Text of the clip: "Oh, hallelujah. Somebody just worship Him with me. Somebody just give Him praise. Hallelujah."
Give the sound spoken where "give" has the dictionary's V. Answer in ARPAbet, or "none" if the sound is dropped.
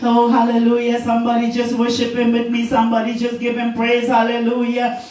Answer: P